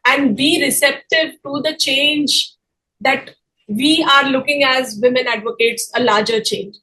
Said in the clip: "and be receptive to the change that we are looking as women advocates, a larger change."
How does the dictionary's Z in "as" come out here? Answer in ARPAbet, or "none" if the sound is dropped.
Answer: Z